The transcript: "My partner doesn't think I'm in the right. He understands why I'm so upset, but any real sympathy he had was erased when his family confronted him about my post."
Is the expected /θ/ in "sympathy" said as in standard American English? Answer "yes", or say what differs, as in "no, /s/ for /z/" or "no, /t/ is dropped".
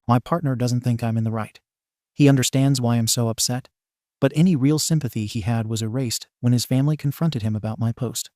yes